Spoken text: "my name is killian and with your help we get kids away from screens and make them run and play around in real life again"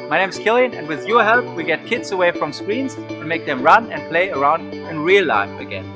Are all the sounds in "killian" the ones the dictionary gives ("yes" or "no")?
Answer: yes